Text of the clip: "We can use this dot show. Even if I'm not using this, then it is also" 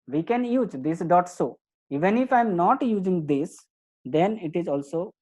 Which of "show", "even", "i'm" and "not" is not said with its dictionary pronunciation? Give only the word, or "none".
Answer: show